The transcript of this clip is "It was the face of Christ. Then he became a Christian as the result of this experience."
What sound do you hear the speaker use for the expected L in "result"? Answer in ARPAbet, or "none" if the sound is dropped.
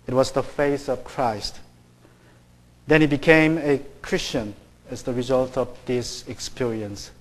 L